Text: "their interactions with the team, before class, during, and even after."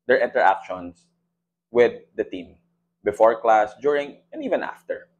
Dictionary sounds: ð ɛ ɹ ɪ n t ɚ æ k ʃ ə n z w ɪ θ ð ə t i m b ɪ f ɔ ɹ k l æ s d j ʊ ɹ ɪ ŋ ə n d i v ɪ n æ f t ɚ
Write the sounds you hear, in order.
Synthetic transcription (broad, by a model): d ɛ ɹ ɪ n t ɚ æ k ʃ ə n s w ɪ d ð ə t i m b ɪ f ɔ ɹ k l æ s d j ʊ ɹ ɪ ŋ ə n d i v ɪ n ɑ f t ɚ